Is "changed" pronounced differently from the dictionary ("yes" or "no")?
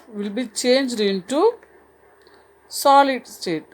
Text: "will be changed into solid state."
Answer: no